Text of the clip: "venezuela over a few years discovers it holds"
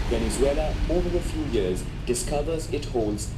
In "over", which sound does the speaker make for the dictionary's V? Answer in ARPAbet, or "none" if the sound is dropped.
V